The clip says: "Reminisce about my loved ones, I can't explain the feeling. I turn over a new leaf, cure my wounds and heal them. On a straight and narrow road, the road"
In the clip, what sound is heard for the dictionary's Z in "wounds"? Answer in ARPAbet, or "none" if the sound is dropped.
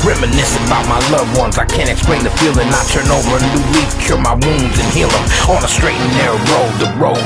Z